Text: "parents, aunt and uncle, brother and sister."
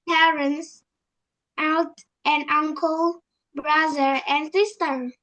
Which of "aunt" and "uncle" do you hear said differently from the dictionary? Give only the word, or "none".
aunt